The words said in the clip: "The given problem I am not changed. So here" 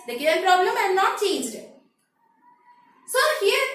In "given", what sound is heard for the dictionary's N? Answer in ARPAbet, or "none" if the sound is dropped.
L